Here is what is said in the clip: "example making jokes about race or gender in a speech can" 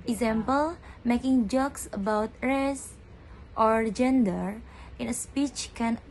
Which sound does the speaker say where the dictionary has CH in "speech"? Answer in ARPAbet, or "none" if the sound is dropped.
CH